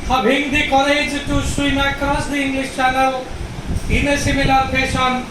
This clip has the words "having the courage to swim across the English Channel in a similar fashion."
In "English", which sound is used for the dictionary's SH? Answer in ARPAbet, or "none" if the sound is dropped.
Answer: S